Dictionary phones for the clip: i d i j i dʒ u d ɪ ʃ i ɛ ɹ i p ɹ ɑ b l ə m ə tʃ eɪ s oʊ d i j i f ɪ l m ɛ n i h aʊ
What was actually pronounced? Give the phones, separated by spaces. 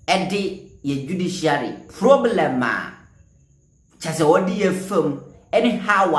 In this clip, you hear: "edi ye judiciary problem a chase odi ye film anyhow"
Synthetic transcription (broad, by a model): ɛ d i j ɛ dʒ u d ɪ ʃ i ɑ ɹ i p ɹ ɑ b l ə m ə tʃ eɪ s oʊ d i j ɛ f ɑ m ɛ n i h aʊ